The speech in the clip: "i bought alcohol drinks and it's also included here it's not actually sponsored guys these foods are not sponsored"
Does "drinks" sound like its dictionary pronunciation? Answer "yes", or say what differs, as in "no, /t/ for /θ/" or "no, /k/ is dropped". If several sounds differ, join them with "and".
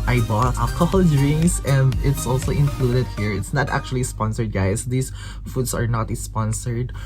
no, /k/ is dropped